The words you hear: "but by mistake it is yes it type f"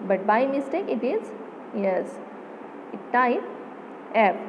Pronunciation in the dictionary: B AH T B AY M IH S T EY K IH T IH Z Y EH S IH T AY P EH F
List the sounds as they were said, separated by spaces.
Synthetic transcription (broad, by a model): B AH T B AY M IH S T EY K IH T IH Z Y EH S IH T AY EH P